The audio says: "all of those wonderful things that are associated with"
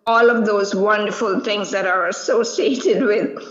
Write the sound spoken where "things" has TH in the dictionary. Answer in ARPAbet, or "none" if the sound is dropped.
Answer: T